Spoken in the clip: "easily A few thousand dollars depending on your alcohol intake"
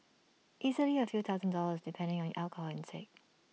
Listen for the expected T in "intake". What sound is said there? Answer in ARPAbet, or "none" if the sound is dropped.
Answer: S